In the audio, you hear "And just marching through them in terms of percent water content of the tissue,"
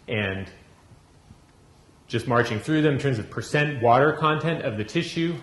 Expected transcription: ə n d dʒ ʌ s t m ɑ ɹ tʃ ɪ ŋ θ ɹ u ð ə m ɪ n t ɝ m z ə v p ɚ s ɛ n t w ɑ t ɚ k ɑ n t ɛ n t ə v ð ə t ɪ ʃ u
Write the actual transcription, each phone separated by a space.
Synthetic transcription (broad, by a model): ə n dʒ ʌ s t m ɑ ɹ tʃ ɪ ŋ θ ɹ u ð ə m ɪ n t ɝ m z ə v p ɚ s ɛ n t w ɑ t ɚ k ɑ n t ɛ n t ə v ð ə t ɪ ʃ u